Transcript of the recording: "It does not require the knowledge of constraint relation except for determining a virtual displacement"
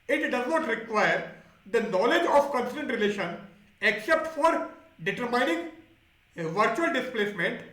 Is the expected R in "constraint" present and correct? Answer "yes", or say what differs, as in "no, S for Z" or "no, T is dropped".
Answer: no, R is dropped